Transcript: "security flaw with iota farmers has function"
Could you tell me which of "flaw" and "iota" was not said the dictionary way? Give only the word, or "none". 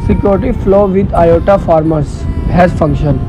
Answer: none